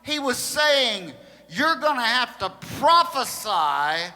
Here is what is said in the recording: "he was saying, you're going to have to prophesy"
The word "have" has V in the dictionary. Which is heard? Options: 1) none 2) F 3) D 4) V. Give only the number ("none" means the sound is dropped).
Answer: 2